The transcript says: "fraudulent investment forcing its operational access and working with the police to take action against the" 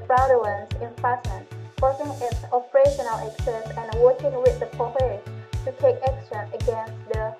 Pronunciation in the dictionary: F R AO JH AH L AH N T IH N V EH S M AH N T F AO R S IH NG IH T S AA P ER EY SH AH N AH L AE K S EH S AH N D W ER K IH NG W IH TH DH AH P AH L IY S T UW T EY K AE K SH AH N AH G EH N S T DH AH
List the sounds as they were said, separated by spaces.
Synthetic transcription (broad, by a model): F R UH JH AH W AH N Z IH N F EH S AH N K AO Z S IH NG IH T S AA P ER EY SH AH N AH L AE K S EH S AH N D W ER K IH NG W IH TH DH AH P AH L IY T UW T EY K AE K S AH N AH G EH N S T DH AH